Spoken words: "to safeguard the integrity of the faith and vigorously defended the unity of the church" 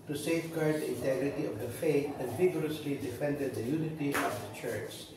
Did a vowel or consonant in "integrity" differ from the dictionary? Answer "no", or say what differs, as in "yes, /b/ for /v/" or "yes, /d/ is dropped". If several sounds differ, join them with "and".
no